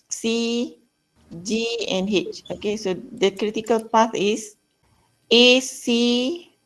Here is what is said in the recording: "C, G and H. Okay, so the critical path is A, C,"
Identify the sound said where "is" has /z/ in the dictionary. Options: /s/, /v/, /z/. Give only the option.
/s/